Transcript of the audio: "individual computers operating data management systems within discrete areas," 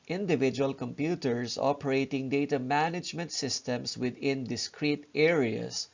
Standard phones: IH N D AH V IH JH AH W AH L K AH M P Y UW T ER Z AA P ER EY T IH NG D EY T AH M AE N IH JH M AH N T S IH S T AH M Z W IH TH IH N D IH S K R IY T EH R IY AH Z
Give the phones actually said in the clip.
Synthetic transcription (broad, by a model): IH N D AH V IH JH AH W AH L K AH M P Y UW T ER S AA P ER EY T IH NG D EY T AH M AE N IH JH M AH N T S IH S T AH M S W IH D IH N D IH S K R IY T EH R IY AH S